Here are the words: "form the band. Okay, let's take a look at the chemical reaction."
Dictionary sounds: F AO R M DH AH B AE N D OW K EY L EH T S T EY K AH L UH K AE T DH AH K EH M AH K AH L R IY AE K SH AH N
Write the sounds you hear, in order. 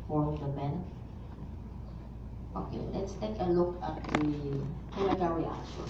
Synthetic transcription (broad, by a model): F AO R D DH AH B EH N OW K EY L EH T S T EY K AH L UH K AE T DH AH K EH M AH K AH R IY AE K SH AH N